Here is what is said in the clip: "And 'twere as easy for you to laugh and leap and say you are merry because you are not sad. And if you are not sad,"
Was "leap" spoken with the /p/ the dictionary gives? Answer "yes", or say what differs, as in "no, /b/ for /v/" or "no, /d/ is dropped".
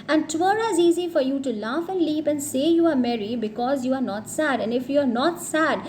yes